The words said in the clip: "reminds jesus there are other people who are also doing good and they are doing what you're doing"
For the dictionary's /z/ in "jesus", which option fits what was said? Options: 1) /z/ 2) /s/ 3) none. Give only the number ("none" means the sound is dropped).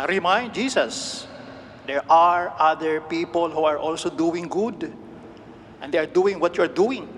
2